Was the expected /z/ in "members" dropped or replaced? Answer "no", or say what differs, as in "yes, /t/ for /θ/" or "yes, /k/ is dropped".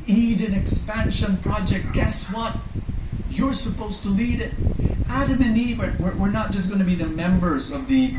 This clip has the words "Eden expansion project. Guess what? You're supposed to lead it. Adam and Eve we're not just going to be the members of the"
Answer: no